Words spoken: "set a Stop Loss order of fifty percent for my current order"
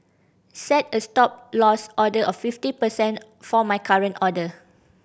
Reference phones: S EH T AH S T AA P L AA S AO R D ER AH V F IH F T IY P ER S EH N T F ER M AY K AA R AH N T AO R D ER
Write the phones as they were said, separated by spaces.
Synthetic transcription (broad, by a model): S EH T AH S T AA P L AA S AO D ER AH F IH F T IY P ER S EH N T F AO M AY K AA R AH N T AO D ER